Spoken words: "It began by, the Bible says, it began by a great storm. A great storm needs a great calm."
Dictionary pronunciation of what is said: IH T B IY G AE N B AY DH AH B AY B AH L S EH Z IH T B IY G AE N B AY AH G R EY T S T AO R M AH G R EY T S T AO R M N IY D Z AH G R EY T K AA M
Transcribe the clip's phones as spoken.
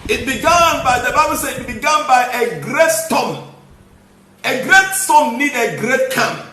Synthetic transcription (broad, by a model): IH T B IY G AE N B AY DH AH B AY B AH L S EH IH T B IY G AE N B AY AH G R EY T S T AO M AH G R EY T S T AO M N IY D AH G R EY T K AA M